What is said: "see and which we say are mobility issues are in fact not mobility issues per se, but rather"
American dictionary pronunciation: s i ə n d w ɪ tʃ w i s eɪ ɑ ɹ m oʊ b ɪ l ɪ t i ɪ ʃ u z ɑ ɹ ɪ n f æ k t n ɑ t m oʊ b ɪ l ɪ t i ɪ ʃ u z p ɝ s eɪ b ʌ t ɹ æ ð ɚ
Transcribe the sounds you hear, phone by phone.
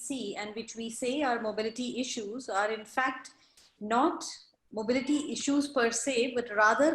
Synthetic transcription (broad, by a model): s i ə n d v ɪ tʃ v i s eɪ ɑ ɹ m oʊ b ɪ l ɪ t i ɪ ʃ u z ɑ ɹ ɪ n f æ k t n ɑ t m oʊ b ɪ l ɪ t i ɪ ʃ u z p ɝ s eɪ b ʌ t ɹ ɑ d ɚ